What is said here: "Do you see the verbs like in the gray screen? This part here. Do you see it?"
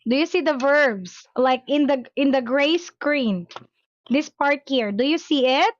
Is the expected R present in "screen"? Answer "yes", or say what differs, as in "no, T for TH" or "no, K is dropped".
yes